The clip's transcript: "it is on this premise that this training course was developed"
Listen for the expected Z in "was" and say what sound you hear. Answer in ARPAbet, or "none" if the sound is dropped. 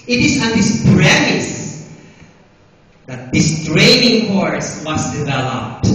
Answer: S